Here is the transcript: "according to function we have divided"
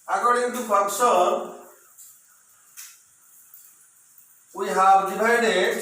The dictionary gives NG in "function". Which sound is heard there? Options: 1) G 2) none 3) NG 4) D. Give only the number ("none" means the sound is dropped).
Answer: 2